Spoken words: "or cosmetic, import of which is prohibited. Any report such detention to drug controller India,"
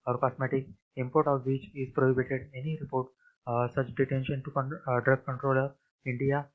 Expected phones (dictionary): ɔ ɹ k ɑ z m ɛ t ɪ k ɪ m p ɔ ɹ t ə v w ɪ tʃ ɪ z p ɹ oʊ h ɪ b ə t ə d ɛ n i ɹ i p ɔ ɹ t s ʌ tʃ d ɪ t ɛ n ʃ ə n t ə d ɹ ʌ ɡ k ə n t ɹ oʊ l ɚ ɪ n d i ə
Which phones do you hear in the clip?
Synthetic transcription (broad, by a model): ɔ ɹ k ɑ s m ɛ t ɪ k ɪ m p ɔ ɹ t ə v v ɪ tʃ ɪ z p ɹ oʊ h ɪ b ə t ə d ɛ n i ɹ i p ɔ ɹ t s ʌ tʃ d ɪ t ɛ n ʃ ə n t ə d ɹ ʌ ɡ k ə n t ɹ oʊ l ɚ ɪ n d i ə